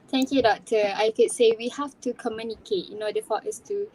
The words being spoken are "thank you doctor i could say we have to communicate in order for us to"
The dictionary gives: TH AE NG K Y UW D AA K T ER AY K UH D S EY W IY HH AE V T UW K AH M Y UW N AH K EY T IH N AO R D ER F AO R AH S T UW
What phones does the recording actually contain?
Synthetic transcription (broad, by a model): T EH NG K Y UW D AA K T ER AY K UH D S EY W IY HH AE F T UW K AH M Y UW N AH K EY T IH N AO D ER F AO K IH S T UW